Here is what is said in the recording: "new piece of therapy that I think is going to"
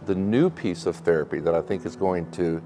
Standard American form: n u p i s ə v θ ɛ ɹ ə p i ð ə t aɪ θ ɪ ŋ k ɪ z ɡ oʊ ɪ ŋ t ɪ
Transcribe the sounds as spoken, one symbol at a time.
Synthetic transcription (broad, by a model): n u p i s ə v θ ɛ ɹ ə p i ð ə t aɪ θ ɪ ŋ k ɪ z ɡ oʊ ɪ ŋ t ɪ